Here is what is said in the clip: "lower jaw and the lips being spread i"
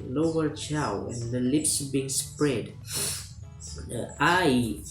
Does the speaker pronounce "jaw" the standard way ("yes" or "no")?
no